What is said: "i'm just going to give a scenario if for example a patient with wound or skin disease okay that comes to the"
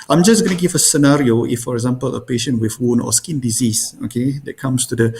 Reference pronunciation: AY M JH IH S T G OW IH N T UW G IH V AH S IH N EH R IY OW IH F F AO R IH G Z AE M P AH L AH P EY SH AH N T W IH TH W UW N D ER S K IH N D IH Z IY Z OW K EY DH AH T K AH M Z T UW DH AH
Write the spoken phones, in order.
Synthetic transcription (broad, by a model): AY M JH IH S G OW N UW G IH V AH S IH N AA R IY OW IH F F AO R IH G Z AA M P AH L AH P EY SH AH N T W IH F W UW N AO S K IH N D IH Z IY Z OW K EY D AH T K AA M S T UW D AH